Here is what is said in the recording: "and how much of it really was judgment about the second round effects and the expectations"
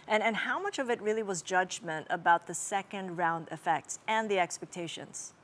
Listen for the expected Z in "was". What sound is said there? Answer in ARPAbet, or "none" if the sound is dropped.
Z